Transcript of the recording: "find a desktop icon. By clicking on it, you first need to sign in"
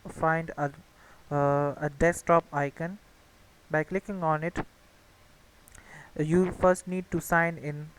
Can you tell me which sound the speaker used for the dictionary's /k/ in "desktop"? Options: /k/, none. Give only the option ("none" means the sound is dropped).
none